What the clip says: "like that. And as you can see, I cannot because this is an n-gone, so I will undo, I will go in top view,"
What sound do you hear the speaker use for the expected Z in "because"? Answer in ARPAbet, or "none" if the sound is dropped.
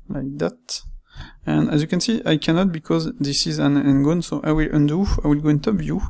Z